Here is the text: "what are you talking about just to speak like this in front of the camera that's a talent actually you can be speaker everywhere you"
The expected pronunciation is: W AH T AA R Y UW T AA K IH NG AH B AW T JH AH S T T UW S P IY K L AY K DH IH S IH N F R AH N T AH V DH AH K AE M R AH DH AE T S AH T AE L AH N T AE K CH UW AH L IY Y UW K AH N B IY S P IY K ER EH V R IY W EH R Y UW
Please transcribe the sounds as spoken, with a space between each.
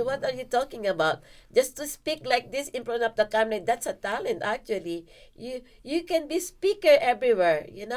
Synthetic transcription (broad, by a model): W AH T AA R Y UW T AA K IH NG AH B AW T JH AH S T T UW S P IY K L AY K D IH S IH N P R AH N AH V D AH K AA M L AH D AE T S AH T AE L AH N T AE K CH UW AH L IY Y UW K AH N B IY S P IY K ER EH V R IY W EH R Y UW